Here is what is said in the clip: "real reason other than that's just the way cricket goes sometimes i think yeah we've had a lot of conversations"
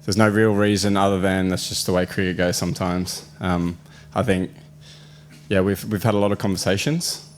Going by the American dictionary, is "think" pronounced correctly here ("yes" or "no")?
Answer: yes